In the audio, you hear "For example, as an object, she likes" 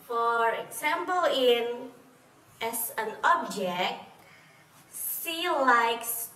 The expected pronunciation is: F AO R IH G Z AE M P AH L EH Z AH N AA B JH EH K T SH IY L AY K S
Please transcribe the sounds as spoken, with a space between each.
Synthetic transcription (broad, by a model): F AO R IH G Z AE M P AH L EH S AH N AA B JH EH K T S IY L AY K S